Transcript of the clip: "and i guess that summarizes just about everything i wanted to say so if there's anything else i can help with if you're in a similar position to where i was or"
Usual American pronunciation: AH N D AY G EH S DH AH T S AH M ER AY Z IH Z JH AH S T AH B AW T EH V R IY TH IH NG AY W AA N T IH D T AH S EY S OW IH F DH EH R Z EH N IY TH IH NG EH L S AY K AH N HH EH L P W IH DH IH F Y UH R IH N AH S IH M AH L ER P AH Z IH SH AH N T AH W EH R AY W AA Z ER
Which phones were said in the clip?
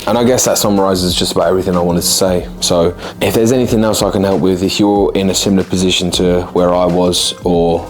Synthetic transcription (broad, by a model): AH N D AY G EH S DH AH T S AH M ER AY Z IH Z JH AH S T AH B AW T EH V R IY TH IH NG AY W AA N T IH D T AH S EY S OW IH F DH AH R Z EH N IY TH IH NG EH L S AY K AH N HH EH L P W IH DH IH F Y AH R IH N AH S IH M L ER P AH Z IH SH AH N T AH W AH R AY W AA Z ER